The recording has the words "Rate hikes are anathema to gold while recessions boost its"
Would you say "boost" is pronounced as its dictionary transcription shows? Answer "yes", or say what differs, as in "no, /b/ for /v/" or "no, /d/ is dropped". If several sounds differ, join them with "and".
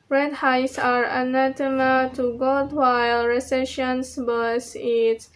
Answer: no, /t/ is dropped